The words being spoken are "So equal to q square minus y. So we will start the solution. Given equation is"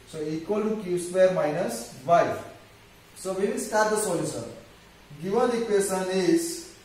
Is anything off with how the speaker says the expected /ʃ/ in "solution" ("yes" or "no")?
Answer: yes